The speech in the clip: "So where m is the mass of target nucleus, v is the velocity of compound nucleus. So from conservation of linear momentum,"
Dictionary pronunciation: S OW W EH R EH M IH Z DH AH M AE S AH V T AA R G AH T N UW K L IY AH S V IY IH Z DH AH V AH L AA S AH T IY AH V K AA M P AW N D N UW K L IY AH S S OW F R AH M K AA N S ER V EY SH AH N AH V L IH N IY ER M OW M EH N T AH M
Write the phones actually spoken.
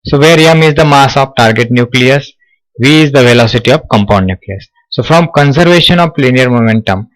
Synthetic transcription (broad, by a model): S OW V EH R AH M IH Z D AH M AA S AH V T AA R G AH T N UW K L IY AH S V IY IH Z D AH V AH L AA S AH T IY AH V K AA M P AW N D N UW K L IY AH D S OW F R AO M K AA N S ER V EY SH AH N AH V L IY N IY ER M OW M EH N T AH M